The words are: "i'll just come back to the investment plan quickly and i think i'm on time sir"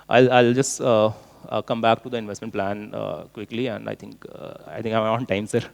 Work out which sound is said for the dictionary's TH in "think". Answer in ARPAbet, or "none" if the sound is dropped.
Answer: T